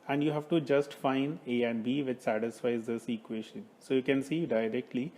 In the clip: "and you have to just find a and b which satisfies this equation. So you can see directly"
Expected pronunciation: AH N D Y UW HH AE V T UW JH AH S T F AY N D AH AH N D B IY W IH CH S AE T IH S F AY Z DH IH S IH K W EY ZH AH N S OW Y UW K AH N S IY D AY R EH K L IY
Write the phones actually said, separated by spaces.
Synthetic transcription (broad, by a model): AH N D Y UW HH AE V T UW JH AH S T F AY N D AH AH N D B IY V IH CH S AE T IH S F AY Z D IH S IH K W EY SH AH N S OW Y UW K AH N S IY D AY R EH K L IY